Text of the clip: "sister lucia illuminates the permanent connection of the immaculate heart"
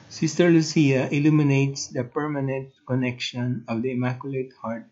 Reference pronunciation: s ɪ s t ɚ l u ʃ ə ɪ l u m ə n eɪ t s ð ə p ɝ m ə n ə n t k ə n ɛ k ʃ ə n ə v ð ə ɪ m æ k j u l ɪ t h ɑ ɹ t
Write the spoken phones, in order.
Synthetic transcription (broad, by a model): s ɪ s t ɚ l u s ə ɪ l u m ə n eɪ t s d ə p ɝ m ə n ə n t k ə n ɛ k ʃ ə n ə v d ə ɪ m æ k j u l ɪ t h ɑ ɹ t